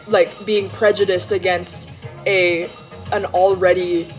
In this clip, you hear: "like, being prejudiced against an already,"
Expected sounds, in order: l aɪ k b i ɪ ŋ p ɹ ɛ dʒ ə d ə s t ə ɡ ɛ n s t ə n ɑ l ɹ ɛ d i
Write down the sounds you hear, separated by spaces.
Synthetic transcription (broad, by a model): l aɪ k b i ɪ ŋ p ɹ ɛ dʒ ə d ə s t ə ɡ ɛ n s t ə n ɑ l ɹ ɛ d i